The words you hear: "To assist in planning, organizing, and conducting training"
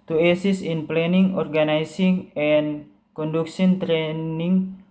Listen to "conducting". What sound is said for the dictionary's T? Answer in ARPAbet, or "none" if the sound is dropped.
S